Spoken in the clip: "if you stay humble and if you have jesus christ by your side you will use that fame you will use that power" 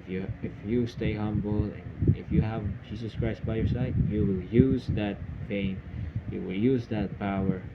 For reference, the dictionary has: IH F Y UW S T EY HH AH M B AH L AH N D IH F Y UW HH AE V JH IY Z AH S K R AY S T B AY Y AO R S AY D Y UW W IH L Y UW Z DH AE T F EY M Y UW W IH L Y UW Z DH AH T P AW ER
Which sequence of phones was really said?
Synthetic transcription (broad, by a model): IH F Y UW S T EY HH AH M B L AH N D IH F Y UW HH AE V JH IY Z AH S K R AY S T B AY Y AO R S AY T Y UW W IH L Y UW Z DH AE T P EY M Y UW W IH L Y UW Z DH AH T P AW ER